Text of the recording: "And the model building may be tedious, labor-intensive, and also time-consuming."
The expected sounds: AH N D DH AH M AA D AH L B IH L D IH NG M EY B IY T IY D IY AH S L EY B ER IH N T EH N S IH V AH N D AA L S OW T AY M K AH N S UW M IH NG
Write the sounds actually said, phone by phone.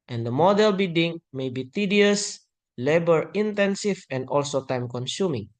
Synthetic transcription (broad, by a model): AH N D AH M AA D AH L B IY D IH NG M EY B IY T IY D IY AH S L EY B ER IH N T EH N S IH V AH N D AA L S OW T AY M K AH N S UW M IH NG